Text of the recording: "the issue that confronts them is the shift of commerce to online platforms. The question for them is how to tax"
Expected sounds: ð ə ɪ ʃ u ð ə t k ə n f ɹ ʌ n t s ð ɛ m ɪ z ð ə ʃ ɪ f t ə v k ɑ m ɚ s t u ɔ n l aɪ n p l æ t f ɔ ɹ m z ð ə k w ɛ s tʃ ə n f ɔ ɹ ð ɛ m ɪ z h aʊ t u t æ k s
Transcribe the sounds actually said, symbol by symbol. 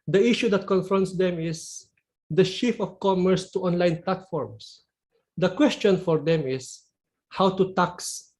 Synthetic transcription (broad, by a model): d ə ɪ ʃ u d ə t k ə n f ɹ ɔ n t s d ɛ m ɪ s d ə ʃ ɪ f ə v k ɑ m ɚ s t u ɔ n l aɪ n p l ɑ t f ɔ ɹ m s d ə k w ɛ s tʃ ə n f ɔ ɹ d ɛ m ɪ s h aʊ t u t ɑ k s